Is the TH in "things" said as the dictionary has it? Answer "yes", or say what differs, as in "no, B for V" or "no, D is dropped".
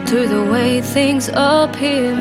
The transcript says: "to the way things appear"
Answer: yes